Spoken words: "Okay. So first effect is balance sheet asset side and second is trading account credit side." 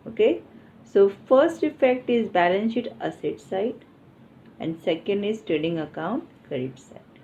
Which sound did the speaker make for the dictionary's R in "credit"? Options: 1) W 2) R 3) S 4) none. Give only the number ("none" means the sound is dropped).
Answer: 4